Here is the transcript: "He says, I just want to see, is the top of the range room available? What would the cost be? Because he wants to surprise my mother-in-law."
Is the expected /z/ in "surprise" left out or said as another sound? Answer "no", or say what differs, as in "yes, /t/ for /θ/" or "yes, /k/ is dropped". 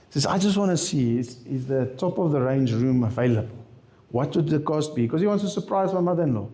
no